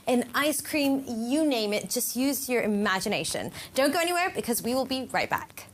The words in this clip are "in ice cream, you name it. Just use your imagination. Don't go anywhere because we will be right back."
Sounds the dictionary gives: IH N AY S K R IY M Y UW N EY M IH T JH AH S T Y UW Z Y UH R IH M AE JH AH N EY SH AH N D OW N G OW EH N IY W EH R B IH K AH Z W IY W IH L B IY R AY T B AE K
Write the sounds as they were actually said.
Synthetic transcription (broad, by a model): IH N AY S K R IY M Y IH N EY M IH T JH AH S T Y UW Z Y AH R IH M AE JH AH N EY SH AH N D OW N G OW EH N IY W EH R B IH K AH Z W IY W IH L B IY R AY T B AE K